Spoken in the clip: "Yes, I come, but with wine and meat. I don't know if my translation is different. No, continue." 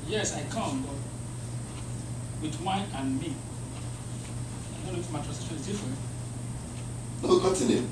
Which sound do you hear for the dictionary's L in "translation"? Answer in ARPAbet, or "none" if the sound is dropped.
none